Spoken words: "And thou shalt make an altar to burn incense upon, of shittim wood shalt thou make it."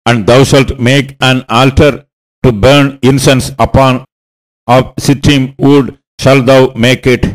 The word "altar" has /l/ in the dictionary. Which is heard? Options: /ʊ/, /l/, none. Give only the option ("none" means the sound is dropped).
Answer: /l/